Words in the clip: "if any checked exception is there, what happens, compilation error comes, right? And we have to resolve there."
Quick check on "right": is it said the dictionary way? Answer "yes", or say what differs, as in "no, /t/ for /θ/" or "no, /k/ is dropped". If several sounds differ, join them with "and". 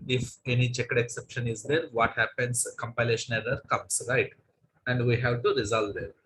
yes